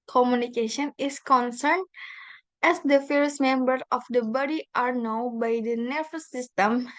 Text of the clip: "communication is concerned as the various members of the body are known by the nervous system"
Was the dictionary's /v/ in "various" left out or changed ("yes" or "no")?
yes